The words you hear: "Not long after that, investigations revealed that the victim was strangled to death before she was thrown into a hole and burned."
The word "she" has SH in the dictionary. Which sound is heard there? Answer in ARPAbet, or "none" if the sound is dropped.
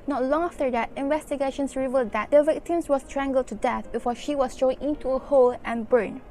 SH